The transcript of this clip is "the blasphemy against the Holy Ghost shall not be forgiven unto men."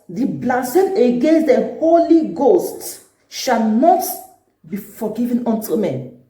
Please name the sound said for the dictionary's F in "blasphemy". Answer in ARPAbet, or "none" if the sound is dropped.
none